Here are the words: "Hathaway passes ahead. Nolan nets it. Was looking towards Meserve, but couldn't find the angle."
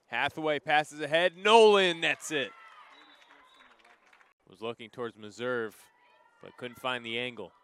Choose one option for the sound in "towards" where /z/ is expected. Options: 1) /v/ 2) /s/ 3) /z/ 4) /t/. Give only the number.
3